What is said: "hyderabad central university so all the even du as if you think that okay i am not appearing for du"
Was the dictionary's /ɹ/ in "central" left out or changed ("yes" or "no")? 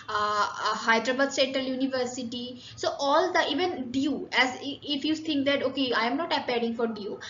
yes